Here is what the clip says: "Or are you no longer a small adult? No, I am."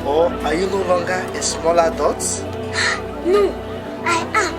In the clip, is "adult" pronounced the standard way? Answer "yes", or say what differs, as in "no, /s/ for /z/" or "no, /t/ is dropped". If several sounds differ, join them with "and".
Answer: no, /l/ is dropped